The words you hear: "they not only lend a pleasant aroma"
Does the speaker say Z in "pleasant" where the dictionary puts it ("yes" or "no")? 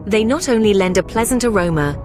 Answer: yes